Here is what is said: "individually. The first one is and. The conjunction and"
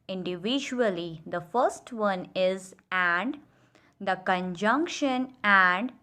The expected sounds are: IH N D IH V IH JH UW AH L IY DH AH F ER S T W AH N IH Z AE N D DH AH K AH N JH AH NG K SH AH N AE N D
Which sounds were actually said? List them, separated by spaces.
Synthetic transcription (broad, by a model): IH N D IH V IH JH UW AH L IY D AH F ER S T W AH N IH Z AE N D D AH K AH N JH AH NG K SH AH N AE N D